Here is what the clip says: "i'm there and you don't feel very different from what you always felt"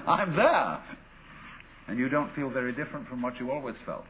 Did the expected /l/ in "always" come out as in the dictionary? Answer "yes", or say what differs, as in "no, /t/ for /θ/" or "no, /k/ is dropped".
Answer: yes